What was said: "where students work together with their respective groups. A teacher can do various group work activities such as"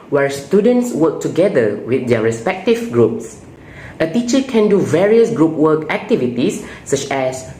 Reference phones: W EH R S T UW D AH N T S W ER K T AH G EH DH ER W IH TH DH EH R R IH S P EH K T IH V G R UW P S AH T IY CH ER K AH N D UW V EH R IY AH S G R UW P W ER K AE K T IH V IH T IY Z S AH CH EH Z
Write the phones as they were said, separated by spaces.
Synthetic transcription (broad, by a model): W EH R S T UW D AH N T S W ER K T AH G EH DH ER W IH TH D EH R R IH S P EH K T IH V G R UW P S AH T IY CH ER K AH N D UW V EH R IY AH S G R UW P W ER K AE K T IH V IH T IY S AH CH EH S